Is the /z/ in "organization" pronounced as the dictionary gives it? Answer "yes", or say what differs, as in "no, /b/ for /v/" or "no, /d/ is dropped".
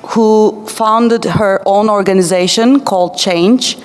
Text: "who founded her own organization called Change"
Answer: yes